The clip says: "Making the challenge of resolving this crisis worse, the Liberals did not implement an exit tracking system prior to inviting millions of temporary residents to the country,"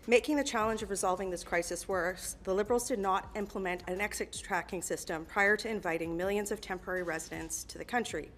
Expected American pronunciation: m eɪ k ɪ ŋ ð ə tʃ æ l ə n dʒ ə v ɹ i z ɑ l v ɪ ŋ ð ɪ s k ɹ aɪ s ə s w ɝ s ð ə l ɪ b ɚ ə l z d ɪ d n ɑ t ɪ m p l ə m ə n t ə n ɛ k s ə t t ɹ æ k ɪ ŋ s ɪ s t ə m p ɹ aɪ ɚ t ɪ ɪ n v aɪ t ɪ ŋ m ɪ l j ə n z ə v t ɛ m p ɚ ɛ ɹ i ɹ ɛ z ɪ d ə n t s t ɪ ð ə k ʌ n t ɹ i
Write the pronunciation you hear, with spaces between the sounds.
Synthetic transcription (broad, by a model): m eɪ k ɪ ŋ ð ə tʃ æ l ə n dʒ ə v ɹ i z ɑ l v ɪ ŋ ð ɪ s k ɹ aɪ s ə s w ɝ s ð ə l ɪ b ɚ l z d ɪ d n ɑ t ɪ m p l ə m ə n t ə n ɛ k s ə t t ɹ æ k ɪ ŋ s ɪ s t ə m p ɹ aɪ ɚ t ɪ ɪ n v aɪ t ɪ ŋ m ɪ l j ə n z ə v t ɛ m p ɚ ɛ ɹ i ɹ ɛ z ɪ d ə n t s t ɪ ð ə k ʌ n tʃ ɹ i